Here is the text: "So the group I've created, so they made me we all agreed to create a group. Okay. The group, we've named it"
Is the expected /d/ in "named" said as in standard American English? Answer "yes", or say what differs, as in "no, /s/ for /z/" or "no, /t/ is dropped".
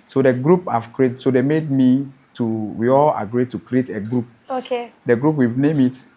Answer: no, /d/ is dropped